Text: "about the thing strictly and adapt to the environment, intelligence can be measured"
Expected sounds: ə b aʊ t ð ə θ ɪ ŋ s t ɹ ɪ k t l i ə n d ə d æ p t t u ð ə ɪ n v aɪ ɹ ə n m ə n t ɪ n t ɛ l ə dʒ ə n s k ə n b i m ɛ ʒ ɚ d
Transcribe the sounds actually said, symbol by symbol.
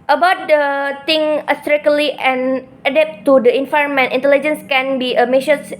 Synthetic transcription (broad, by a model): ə b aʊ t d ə t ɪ ŋ s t ɹ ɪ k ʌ l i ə n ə d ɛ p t t u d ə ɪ n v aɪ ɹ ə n m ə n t ɪ n t ɛ l ə dʒ ə n s k ə n b i m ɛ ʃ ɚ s